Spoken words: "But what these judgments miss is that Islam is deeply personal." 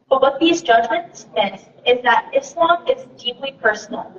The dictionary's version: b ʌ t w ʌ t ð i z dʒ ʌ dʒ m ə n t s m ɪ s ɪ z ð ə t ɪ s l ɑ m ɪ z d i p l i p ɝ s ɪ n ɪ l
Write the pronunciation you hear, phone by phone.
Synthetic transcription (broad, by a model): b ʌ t w ʌ t ð i z dʒ ʌ dʒ m ə n t s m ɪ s ɪ z ð ə t ɪ s l ɑ m ɪ z d i p l i p ɝ s n l